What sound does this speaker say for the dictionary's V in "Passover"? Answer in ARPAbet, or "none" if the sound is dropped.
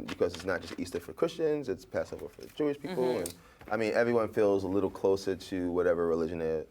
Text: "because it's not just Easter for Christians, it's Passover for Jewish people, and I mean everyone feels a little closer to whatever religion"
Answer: B